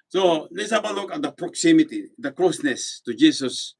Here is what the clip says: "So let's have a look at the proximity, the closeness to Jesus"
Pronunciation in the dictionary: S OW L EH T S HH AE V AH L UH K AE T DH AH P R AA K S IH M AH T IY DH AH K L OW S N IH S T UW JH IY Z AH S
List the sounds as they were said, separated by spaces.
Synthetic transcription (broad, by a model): S OW L EH T S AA B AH L UH K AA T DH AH P R AA K S IH M AH T IY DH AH K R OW S N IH S T UW JH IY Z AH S